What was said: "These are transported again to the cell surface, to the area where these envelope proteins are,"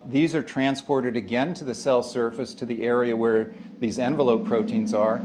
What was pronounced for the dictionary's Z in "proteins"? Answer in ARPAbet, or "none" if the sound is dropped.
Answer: Z